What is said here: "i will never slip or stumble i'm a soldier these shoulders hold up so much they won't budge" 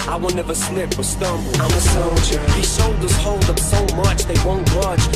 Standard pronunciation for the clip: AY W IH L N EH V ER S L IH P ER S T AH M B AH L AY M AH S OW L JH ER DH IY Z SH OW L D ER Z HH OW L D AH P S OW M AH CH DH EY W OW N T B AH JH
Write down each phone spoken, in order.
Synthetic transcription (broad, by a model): AY W IH L N EH V ER S N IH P ER S T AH M B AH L AY M AH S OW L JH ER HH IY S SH OW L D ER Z HH OW L D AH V S OW M AH CH DH EY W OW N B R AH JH